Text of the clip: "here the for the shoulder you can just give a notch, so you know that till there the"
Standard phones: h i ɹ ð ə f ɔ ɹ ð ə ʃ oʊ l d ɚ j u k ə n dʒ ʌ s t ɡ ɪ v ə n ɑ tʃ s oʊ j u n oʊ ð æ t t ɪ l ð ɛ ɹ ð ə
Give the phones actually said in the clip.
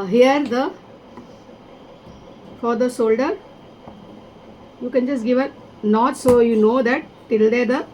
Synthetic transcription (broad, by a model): h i ɹ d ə f ɔ ɹ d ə s oʊ l d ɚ j u k ə n dʒ ʌ s t ɡ ɪ v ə n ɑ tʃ s oʊ j u n oʊ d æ t t ɪ l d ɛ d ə